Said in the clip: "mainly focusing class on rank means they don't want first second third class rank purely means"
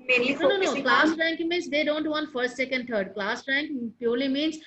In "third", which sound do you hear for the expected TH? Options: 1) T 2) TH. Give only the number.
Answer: 1